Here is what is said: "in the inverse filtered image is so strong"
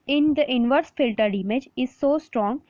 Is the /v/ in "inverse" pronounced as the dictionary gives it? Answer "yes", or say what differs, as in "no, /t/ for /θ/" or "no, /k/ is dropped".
yes